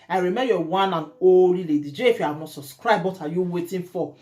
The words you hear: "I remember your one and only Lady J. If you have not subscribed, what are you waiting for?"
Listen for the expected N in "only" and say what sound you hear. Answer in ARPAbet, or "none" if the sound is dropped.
none